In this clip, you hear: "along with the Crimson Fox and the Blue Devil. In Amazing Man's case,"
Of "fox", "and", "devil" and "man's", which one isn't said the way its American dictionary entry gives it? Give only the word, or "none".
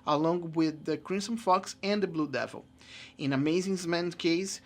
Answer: man's